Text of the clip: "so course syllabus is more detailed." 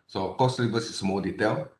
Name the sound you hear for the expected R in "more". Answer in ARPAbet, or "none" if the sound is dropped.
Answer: L